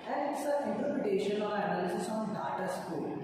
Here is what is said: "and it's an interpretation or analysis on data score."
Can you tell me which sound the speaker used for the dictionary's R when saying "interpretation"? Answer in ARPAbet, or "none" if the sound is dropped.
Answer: none